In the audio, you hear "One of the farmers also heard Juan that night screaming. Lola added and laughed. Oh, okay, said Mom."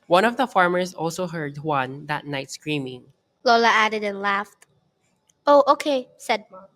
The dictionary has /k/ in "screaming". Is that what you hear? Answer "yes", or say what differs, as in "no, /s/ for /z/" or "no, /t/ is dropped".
yes